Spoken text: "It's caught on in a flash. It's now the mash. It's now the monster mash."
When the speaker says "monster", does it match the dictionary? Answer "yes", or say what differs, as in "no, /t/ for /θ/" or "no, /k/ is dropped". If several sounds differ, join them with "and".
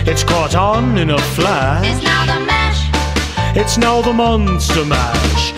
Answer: yes